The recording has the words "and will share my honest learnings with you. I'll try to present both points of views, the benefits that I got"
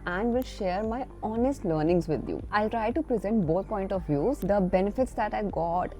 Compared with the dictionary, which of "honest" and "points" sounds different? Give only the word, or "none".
points